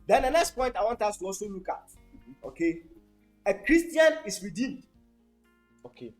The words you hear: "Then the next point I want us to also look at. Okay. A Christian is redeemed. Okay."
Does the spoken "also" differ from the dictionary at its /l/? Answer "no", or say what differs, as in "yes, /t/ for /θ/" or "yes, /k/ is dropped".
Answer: no